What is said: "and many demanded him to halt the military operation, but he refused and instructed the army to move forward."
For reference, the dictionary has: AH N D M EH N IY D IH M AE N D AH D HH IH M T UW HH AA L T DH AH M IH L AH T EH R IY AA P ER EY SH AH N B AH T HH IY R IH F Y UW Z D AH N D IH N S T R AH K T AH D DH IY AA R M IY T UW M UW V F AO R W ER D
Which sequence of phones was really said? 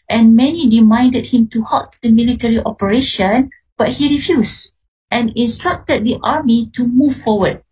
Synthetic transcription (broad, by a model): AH N M EH N IY D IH M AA N D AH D HH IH M T UW HH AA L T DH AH M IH L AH T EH R IY AA P ER EY SH AH N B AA T HH IY R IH F Y UW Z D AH N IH N S T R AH K T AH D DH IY AA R M IY T UW M UW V F AO W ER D